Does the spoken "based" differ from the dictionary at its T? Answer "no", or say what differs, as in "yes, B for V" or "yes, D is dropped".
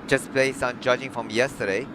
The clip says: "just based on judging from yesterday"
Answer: yes, T is dropped